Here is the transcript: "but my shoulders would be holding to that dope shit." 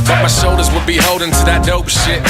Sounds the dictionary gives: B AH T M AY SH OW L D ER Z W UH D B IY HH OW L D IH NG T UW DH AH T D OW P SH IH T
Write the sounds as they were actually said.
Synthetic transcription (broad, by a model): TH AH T M AY S OW L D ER Z W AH D B IY HH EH L D IH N T UW DH AH T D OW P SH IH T